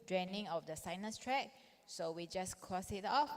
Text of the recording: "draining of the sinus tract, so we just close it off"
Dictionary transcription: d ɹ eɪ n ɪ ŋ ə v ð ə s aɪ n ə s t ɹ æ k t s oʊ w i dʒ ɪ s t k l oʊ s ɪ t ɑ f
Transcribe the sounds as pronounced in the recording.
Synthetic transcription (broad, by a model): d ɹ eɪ n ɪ ŋ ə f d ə s aɪ n ə s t ɹ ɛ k s oʊ w i dʒ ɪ s k oʊ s ɪ t ɑ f